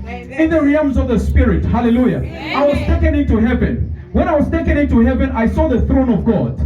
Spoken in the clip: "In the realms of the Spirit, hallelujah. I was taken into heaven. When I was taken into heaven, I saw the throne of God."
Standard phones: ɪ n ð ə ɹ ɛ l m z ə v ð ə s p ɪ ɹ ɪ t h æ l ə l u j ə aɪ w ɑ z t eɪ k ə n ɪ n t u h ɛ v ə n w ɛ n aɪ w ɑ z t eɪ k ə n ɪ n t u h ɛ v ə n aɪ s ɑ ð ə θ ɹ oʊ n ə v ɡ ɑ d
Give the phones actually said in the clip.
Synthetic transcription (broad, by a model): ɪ n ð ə ɹ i m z ə v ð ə s p ɪ ɹ ɪ t h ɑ l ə l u j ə aɪ w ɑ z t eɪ k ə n ɪ n t u h ɛ v ə n w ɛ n aɪ w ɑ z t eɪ k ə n ɪ n t u h ɛ v ə n aɪ s ɑ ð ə θ ɹ oʊ n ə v ɡ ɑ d